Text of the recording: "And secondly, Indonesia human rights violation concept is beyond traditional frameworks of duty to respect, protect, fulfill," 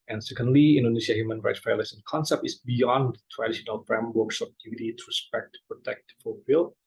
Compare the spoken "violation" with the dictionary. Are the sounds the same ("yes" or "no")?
no